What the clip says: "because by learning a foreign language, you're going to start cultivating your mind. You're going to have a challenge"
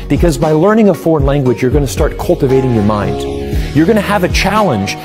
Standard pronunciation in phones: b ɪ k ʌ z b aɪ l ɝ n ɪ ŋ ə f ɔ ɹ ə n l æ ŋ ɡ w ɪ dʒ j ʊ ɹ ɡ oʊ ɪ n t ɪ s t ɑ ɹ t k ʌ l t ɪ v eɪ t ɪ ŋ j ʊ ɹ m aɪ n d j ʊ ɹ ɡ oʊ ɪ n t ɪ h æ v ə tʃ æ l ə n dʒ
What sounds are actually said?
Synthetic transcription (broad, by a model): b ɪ k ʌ z b aɪ l ɝ n ɪ ŋ ə f ɔ ɹ ə n l æ ŋ ɡ w ɪ dʒ j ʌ ɹ ɡ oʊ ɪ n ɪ s t ɑ ɹ t k ʌ l t ɪ v eɪ t ɪ ŋ j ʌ ɹ m aɪ n d j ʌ ɹ ɡ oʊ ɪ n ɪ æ v ə tʃ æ l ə n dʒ